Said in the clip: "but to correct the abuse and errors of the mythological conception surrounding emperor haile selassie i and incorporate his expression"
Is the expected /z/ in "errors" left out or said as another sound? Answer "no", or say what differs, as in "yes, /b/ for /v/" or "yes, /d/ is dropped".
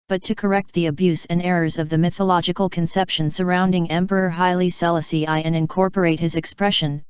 no